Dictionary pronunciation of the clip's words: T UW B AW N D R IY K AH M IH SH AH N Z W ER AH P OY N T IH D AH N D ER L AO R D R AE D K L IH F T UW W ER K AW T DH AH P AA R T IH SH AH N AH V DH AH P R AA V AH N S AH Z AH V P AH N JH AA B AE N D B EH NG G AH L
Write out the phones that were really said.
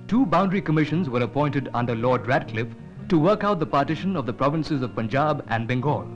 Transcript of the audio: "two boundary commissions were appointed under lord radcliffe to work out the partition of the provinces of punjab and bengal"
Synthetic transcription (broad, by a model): T UW B AW N D R IY K AH M IH SH AH N Z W ER AH P OY N T IH D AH N D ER L AO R D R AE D K L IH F T UW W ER K AW T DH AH P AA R T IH SH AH N AH V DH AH P R AA V AH N S AH Z AH V P AH N JH AA B AE N D B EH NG G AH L